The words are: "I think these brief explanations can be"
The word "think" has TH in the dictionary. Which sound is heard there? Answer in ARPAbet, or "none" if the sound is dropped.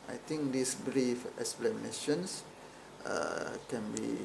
T